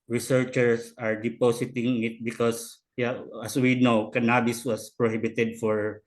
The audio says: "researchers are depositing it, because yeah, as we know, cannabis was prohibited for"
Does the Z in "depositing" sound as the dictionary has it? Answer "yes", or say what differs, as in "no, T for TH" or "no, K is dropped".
no, S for Z